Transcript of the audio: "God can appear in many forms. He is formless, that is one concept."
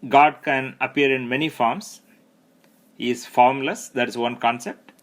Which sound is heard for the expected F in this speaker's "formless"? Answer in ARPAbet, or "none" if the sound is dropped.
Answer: F